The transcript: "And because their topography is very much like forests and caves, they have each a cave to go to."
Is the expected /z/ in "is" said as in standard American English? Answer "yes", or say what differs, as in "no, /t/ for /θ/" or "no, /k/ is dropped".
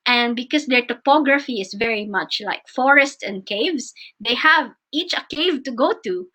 no, /s/ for /z/